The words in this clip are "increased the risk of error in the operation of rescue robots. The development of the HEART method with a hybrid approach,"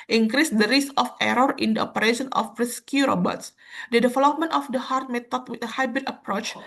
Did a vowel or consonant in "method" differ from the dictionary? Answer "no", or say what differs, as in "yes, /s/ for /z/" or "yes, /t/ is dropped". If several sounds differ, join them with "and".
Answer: yes, /t/ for /θ/